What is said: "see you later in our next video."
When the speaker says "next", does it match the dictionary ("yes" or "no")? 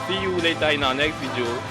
no